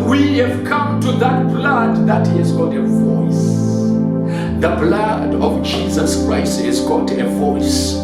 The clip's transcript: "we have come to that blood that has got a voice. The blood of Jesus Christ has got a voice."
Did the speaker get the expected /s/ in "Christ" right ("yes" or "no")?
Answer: yes